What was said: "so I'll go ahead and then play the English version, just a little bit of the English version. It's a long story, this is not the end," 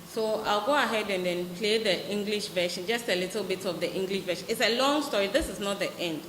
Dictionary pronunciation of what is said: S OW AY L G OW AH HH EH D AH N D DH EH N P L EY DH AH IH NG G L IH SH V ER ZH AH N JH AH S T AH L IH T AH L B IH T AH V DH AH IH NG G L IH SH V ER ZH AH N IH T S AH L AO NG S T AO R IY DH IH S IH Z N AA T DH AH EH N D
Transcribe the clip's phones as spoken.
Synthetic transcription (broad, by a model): S OW AY L G OW AH HH EH D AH N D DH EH N P L EY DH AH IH NG G L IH SH V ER SH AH N JH AH S T AH L IH T AH L B IH T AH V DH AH IH NG G L IH SH V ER SH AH N IH T S AH L AO NG S T AO R IY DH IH S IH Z N AA T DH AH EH N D